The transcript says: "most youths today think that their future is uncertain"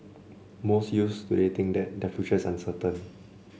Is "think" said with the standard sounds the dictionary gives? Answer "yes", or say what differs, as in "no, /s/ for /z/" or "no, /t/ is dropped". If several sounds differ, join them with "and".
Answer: no, /t/ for /θ/